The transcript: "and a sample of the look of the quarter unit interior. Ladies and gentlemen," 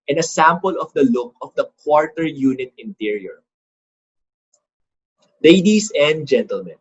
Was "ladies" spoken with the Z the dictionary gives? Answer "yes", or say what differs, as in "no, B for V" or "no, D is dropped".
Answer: no, S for Z